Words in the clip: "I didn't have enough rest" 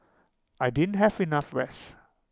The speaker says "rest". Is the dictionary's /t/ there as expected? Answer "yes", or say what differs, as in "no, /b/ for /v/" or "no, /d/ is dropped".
no, /t/ is dropped